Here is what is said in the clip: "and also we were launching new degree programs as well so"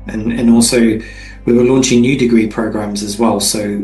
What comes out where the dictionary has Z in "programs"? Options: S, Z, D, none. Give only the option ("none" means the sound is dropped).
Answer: Z